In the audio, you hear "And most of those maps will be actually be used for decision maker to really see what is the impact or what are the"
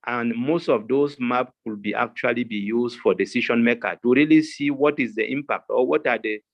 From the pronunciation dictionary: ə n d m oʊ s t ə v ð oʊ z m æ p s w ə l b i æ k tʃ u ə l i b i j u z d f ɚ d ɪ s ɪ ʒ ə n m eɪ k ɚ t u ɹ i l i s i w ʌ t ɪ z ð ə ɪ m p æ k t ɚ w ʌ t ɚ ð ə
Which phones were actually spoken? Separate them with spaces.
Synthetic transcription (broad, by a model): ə n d m oʊ s t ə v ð oʊ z m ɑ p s w ə l b i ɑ k tʃ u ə l i b i j u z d f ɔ d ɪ s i ʃ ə n m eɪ k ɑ t u ɹ i l i s i w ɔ t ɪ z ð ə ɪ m p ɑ k t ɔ w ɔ t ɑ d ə